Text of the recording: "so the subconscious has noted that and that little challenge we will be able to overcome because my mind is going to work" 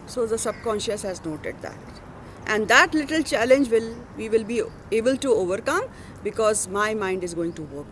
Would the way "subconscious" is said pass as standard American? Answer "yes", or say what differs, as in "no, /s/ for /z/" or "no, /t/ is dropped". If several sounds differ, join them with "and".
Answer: yes